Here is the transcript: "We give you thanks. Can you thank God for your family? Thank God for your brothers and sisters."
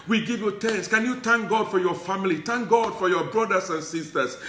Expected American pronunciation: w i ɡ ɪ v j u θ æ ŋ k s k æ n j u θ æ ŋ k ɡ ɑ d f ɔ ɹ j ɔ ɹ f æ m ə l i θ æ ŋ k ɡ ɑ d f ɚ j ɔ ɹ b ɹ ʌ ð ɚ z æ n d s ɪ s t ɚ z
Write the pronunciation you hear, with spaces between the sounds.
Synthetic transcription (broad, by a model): w i ɡ ɪ v j u t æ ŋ s k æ n j u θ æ ŋ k ɡ ɑ d f ɔ ɹ j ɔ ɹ f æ m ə l i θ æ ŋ k ɡ ɑ d f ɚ j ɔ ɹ b ɹ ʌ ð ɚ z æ n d s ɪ s t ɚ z